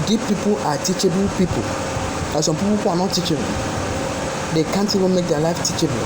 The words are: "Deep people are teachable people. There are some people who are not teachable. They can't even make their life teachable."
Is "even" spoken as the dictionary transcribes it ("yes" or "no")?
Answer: no